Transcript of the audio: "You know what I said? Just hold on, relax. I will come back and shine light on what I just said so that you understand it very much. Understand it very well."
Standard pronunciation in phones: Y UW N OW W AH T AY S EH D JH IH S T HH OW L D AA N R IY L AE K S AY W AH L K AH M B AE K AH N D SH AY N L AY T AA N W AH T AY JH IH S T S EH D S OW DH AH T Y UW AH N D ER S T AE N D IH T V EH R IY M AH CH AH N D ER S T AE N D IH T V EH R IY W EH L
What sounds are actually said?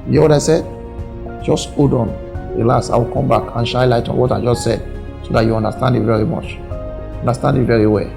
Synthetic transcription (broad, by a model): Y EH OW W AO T AY S EH D JH IH S T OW D AA N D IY L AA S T AY W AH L K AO M B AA K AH N SH AY L AY T AA N W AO T AY JH IH S T S EH D S OW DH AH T Y UW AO N D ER S T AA N D IH T V EH R IY M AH CH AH N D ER S T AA N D IH T V EH R IY W EH L